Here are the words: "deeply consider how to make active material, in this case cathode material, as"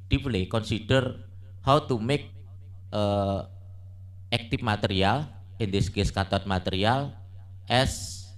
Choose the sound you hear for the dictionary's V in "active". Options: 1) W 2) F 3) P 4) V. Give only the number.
2